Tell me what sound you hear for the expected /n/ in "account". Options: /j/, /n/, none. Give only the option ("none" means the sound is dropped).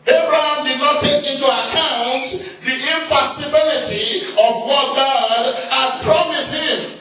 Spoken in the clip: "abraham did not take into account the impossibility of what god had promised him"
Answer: /n/